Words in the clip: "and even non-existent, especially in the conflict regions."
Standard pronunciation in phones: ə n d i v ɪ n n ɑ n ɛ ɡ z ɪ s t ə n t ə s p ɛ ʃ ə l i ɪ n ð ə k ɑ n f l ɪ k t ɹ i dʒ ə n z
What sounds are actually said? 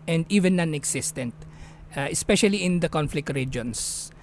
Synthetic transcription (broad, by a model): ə n d i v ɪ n n ɑ n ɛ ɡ s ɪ s t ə n t ə s p ɛ ʃ ə l i ɪ n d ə k ɑ n f l ɪ k t ɹ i dʒ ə n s